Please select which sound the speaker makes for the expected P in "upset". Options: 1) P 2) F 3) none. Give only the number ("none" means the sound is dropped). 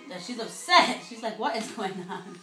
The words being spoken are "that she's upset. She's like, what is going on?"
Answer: 3